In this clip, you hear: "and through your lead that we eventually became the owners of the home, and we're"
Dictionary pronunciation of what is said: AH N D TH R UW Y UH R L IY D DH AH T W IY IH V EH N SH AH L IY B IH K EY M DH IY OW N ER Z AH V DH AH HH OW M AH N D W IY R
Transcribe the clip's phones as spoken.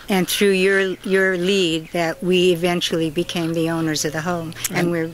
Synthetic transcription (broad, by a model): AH N TH R UW Y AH R L IY D DH AH T W IY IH V EH N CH L IY B IH K EY M DH IY OW N ER Z AH V DH AH HH OW M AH N W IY R